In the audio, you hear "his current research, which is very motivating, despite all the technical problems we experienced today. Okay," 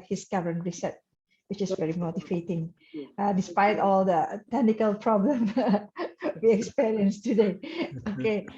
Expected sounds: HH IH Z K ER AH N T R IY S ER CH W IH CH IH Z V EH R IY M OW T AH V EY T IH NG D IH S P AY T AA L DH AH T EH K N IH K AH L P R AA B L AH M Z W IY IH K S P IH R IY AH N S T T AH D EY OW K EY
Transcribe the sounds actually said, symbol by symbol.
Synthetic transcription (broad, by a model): HH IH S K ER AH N R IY S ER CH W IH CH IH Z V EH R IY M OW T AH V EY T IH NG D IH S P AY T AA L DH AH T EH K N IH K AH L P R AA B L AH M W IY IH K S P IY R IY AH N S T T AH D EY OW K EY